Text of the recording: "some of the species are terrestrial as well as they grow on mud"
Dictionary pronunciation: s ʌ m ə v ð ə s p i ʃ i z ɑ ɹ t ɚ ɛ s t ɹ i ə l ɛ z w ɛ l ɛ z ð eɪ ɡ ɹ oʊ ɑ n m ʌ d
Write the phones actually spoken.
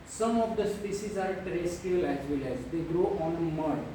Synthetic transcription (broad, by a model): s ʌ m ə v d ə s p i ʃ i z ɑ ɹ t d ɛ s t i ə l ɛ z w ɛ l ɛ z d eɪ ɡ ɹ oʊ ɑ n m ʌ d